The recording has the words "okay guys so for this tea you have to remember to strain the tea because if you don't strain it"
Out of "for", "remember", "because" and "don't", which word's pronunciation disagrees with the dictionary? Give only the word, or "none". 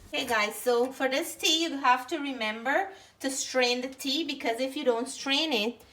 none